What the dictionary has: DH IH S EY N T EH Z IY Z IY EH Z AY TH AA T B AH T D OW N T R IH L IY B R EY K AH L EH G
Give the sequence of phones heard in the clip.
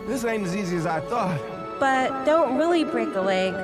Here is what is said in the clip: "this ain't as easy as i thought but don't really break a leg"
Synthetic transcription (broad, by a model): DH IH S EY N IH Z IY Z IY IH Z AY TH AA T B AH T D OW N T R IH L IY B R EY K AH L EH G